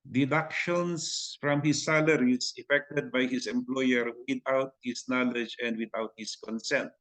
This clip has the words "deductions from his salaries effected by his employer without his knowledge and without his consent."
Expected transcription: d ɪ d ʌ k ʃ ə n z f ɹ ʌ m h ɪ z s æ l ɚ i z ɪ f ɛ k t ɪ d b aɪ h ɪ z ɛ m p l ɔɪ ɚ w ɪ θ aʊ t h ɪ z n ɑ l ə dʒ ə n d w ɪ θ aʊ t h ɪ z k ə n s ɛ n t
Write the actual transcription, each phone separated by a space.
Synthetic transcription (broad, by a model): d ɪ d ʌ k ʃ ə n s f ɹ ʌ m h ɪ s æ l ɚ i s ɪ f ɛ k t ɪ d b aɪ h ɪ s ɛ m p l ɔɪ ɚ w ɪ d aʊ t h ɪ s n ɑ l ə dʒ ə n d w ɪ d aʊ t h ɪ s k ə n s ɛ n t